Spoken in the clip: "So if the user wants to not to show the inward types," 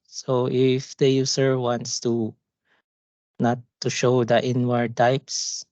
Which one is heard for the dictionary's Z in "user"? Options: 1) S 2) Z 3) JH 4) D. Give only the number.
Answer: 1